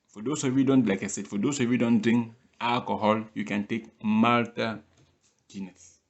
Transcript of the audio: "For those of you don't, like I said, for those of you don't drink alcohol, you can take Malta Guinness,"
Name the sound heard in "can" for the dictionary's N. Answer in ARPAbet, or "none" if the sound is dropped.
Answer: N